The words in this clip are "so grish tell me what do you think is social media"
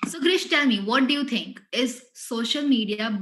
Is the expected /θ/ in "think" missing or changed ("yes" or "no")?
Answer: yes